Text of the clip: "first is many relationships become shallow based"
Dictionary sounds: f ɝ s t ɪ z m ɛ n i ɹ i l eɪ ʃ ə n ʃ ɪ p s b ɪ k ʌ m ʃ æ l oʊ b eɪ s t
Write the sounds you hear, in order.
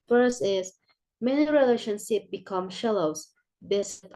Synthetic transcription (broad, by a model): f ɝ s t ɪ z m ɛ n i ɹ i l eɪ ʃ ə n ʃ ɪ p b ɪ k ʌ m ʃ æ l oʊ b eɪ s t